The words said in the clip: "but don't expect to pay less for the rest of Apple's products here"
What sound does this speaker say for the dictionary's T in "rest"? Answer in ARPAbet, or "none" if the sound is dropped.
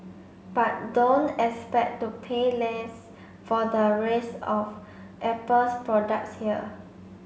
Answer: none